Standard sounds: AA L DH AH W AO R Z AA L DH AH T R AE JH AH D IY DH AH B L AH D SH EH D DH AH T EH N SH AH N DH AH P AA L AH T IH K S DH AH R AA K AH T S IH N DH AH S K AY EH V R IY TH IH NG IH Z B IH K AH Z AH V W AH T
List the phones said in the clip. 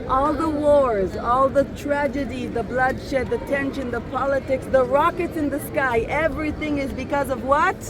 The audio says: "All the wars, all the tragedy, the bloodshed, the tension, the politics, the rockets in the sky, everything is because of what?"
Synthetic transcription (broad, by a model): AA L DH AH W AO R Z AA L DH AH T R AE JH AH D IY DH AH B L AH D SH EH D DH AH T EH N SH AH N DH AH P AA L AH T IH K S DH AH R AA K AH T S IH N DH AH S K AY EH V R IY TH IH NG IH Z B IH K AH Z AH V W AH T